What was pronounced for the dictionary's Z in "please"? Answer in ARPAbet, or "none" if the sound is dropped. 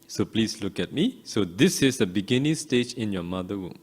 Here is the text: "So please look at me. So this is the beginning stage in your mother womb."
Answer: S